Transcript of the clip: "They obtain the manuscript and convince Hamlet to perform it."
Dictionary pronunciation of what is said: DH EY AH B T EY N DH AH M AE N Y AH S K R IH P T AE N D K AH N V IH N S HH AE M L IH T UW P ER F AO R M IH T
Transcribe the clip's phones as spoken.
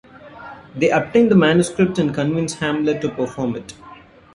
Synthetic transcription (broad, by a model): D EY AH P T EY N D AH M AE N Y AH S K R IH P T AE N D K AH N V IH N S HH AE M L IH T UW P ER F AO R M IH T